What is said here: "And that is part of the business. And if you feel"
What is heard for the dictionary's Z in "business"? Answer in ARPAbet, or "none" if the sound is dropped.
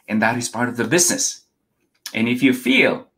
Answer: Z